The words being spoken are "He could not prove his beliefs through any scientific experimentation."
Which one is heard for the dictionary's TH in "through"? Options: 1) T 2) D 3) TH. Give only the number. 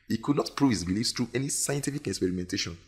1